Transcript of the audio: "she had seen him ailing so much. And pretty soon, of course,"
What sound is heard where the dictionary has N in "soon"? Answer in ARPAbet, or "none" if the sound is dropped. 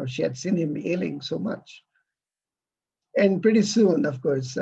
N